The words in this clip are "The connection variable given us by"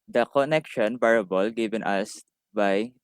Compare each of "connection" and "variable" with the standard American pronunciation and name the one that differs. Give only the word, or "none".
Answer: variable